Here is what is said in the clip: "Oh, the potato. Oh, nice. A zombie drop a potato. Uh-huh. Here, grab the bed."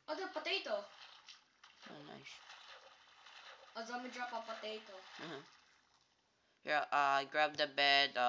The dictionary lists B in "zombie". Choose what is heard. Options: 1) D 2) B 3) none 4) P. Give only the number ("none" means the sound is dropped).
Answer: 3